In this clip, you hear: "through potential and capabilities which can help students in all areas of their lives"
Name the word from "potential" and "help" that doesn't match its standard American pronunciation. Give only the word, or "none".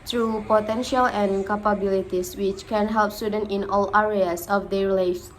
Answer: none